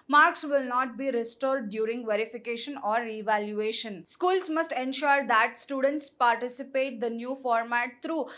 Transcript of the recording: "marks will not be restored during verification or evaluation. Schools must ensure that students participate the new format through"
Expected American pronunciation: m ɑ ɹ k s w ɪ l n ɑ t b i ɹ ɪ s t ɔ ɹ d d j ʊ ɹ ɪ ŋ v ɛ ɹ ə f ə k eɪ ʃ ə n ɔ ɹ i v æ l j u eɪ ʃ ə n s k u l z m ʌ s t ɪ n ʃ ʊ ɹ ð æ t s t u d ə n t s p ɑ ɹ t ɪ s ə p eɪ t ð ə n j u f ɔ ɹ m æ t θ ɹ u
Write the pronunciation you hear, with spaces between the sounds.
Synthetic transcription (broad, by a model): m ɑ ɹ k s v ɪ l n ɑ t b i ɹ ɪ s t ɔ ɹ d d j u ɹ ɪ ŋ v ɛ ɹ ə f ə k eɪ ʃ ə n ɔ ɹ i v æ l j u eɪ ʃ ə n s k u l s m ʌ s t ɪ n ʃ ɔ ɹ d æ t s t u d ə n t s p ɑ ɹ t ɪ s ə p eɪ t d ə n j u f ɔ ɹ m æ t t ɹ u